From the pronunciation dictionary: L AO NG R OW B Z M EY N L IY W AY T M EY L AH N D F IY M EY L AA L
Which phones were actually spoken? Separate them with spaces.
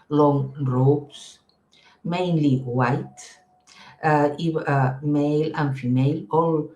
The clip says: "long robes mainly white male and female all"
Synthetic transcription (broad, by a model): L AO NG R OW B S M EY N L IY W AY T M EY L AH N F IY M EY L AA L